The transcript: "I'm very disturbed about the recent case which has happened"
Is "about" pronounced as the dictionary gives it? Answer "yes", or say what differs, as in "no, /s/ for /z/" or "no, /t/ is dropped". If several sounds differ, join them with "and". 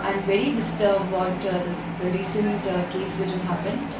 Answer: no, /b/ is dropped